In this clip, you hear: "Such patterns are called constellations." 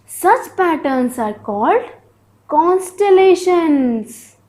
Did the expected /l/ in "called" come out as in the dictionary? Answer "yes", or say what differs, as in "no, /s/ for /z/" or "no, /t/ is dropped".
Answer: yes